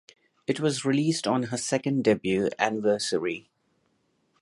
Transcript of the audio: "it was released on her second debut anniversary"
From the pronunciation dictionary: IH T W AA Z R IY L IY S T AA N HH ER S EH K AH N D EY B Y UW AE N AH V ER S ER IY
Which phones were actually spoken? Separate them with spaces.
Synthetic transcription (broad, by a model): IH T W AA Z R IY L IY S T AA N HH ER S EH K AH N D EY B Y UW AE N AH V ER S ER IY